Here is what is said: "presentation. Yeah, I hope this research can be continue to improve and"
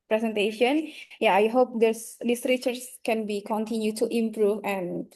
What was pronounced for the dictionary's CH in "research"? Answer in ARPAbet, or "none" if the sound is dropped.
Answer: S